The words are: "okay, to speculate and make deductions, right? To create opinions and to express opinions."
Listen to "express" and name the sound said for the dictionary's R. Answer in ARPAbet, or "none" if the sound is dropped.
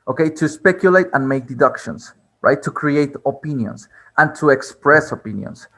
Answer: R